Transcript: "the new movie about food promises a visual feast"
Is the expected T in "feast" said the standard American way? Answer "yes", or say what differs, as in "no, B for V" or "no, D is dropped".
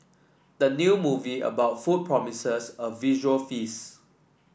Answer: no, T is dropped